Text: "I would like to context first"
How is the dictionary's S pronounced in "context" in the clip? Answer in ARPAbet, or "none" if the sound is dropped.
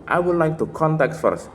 none